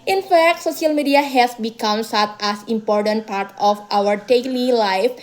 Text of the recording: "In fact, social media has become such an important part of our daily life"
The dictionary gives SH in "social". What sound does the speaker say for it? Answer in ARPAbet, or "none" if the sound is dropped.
S